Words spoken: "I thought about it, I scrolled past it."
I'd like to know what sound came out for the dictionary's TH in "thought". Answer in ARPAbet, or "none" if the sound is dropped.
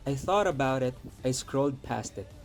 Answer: TH